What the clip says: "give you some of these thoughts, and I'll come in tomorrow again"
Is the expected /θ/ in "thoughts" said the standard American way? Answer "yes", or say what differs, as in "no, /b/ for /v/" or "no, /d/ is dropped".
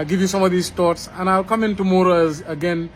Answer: no, /t/ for /θ/